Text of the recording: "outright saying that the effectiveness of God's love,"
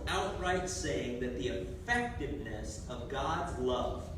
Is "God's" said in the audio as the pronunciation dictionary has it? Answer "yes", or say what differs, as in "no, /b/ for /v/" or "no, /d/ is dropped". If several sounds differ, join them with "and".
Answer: yes